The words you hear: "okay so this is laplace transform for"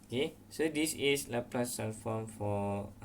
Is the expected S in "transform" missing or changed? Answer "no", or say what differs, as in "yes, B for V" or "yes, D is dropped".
yes, S is dropped